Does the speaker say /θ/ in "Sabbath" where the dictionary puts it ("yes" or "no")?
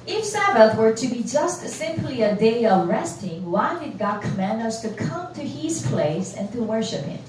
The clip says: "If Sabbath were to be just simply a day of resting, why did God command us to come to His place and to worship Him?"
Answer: yes